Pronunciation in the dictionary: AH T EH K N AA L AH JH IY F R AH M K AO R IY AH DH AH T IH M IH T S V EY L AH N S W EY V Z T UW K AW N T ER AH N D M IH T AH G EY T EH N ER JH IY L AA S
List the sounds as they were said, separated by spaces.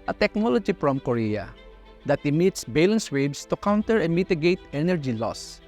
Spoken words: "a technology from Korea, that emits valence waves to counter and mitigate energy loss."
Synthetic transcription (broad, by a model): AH T EH K N AA L AH JH IY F R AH M K AO R IY AH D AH T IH M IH T S B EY L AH N S W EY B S T UW K AW N T ER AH M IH T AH G EY T EH N ER JH IY L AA S